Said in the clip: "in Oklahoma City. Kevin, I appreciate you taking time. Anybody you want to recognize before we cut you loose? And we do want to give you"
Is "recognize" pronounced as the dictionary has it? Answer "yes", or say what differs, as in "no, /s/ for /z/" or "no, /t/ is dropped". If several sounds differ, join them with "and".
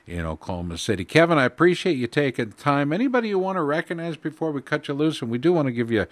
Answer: yes